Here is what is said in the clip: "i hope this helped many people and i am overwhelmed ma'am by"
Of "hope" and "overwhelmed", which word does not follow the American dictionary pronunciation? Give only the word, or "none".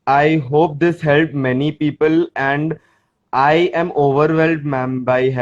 overwhelmed